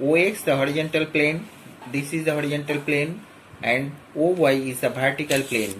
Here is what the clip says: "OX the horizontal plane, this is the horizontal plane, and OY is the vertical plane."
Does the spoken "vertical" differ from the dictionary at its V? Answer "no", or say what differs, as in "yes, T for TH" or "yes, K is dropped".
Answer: yes, B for V